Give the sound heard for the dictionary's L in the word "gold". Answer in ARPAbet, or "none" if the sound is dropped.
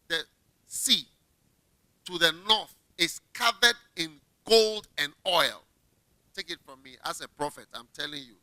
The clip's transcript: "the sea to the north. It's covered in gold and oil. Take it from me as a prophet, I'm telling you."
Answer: L